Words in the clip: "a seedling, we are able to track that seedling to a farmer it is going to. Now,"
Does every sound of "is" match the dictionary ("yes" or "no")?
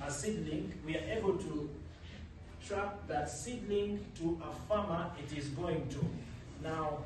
yes